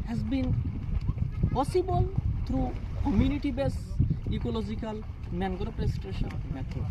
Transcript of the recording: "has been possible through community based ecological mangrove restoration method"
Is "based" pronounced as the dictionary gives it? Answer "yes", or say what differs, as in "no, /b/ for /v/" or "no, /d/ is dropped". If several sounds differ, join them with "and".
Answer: no, /t/ is dropped